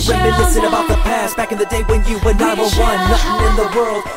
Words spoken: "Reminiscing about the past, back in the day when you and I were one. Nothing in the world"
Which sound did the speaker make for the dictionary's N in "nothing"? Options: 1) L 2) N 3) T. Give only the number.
1